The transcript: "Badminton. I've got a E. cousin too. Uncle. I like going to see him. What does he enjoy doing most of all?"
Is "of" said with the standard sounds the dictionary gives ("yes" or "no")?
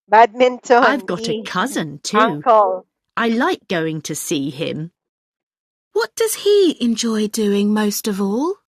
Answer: yes